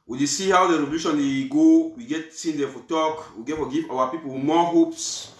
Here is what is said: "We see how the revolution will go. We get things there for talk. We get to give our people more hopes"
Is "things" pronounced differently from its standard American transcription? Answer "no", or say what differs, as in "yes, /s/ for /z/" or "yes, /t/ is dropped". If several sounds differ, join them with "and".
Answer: yes, /s/ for /θ/